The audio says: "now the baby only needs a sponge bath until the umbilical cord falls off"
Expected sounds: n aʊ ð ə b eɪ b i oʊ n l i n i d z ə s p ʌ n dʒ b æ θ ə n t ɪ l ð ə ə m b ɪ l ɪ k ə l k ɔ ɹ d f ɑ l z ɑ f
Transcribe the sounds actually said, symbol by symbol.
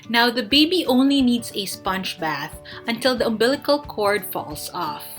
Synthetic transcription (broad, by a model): n aʊ ð ə b eɪ b i oʊ n l i n i d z ə s p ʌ n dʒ b æ θ ə n t ɪ l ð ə ə m b ɪ l ɪ k ə l k ɔ ɹ d f ɑ l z ɑ f